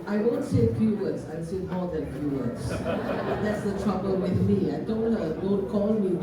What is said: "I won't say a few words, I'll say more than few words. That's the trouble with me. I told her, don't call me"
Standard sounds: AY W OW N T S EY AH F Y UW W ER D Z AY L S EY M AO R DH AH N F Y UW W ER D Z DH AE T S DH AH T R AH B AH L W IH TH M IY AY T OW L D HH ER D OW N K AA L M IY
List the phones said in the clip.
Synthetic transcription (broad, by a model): AY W OW N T S EY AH F Y UW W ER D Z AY N S EY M AO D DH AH N F Y UW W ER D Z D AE T S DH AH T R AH B AH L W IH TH M IY AY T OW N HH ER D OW N K AA L M IY